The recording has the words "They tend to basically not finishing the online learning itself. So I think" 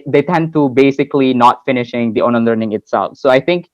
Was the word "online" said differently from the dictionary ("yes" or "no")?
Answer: yes